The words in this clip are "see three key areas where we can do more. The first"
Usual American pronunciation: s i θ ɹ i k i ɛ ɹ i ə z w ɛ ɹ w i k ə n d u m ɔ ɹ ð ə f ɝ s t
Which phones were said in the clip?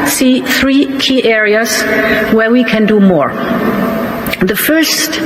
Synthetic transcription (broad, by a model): s i θ ɹ i k i ɛ ɹ i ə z w ɛ ɹ w i k ə n d u m ɔ ɹ ð ə f ɝ s t